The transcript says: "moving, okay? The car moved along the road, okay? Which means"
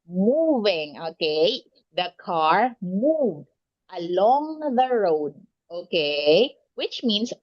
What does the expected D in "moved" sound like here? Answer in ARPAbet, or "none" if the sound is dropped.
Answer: D